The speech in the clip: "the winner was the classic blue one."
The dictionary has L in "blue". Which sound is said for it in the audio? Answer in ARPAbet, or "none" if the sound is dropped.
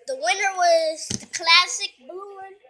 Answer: none